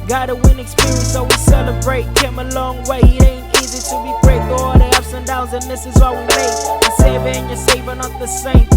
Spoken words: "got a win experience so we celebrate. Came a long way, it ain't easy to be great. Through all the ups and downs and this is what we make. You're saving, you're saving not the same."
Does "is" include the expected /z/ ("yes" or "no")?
yes